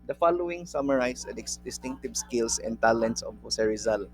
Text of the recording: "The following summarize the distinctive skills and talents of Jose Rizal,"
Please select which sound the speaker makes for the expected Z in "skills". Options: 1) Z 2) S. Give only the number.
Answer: 2